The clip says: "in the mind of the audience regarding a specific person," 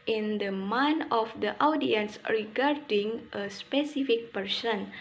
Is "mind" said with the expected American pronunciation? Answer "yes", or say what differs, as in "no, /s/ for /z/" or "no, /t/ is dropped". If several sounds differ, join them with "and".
no, /d/ is dropped